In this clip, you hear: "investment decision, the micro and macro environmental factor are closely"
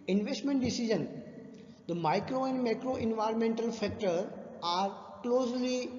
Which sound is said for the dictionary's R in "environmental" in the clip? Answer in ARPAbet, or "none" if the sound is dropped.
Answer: R